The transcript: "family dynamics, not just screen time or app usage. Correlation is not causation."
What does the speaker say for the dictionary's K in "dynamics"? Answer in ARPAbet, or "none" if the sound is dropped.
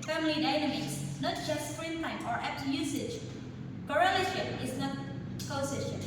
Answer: none